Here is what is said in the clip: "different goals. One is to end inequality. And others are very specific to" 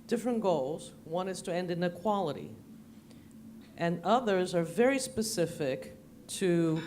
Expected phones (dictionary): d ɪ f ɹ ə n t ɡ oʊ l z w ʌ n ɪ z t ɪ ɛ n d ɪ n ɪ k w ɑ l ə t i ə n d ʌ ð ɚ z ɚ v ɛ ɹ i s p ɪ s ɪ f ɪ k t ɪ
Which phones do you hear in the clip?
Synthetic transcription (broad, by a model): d ɪ f ɹ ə n ɡ oʊ l z w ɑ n ɪ z t ɪ ɛ n d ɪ n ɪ k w ɑ l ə t i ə n ʌ ð ɚ z ɚ v ɛ ɹ i s p ɪ s ɪ f ɪ k t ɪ